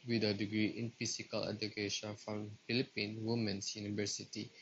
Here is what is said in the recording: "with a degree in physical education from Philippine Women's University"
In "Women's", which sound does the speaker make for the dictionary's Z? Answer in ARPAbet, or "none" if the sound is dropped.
S